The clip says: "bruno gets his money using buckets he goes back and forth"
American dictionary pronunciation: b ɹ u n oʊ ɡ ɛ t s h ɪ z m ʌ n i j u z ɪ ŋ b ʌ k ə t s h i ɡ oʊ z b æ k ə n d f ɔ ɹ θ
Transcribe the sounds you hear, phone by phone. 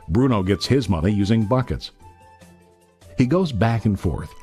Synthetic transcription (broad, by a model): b ɹ u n oʊ ɡ ɛ t s h ɪ z m ʌ n i j u z ɪ ŋ b ʌ k ə t s h i ɡ oʊ z b æ k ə n f ɔ ɹ θ